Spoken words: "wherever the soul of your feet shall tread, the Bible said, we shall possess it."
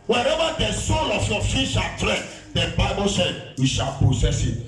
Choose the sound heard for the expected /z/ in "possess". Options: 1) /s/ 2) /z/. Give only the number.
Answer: 1